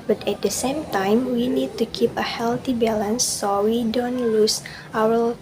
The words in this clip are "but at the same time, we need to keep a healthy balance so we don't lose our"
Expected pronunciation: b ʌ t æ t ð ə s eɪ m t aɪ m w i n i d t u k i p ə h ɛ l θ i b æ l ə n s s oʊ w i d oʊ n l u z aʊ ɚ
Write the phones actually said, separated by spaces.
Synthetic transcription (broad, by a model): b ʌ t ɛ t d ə s eɪ m t aɪ m w i n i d t u k i p ə h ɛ l t i b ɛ l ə n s s oʊ w i d oʊ n l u s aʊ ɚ